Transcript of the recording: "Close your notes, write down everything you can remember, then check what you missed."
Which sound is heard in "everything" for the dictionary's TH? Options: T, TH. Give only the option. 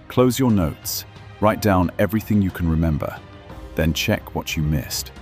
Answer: TH